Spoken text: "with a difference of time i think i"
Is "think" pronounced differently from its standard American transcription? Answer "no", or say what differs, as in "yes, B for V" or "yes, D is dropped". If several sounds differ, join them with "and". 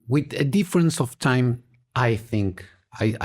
no